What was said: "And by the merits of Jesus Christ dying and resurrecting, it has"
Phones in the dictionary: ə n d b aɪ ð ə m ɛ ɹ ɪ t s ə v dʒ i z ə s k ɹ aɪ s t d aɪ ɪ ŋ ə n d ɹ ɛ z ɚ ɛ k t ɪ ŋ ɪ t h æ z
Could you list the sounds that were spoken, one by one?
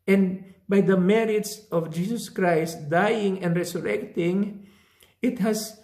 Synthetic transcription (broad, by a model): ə n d b aɪ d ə m ɛ ɹ ɪ t s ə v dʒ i s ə s k ɹ aɪ s t d aɪ ɪ ŋ ə n d ɹ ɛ s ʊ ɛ k t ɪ ŋ ɪ t h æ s